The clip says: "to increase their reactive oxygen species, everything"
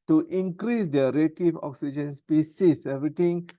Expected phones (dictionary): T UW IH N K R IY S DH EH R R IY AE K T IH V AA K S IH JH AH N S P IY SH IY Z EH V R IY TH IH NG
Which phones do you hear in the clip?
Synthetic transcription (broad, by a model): T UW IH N K R IY S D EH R R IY T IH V AA K S IH JH AH N S P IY S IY S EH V R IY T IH NG